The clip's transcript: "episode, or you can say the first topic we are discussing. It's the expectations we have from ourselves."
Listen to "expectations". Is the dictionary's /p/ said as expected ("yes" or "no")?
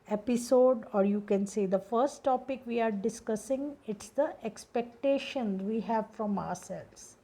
yes